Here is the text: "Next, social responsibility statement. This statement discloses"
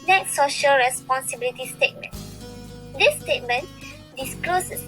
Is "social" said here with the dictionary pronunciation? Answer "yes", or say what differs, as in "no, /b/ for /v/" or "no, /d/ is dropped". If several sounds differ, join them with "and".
yes